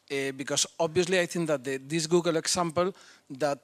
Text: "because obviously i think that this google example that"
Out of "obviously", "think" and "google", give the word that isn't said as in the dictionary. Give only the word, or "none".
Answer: think